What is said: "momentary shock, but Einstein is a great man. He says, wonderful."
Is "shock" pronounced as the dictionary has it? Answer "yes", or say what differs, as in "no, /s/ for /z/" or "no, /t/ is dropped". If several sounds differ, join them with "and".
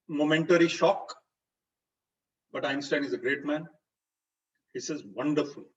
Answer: yes